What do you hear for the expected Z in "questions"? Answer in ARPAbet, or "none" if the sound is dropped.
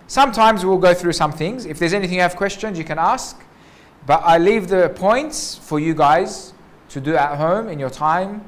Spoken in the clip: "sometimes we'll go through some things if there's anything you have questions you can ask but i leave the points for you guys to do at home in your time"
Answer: Z